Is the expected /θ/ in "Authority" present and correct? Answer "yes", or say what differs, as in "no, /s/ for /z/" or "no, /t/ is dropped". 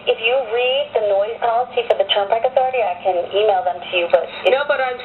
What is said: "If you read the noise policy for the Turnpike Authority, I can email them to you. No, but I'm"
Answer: yes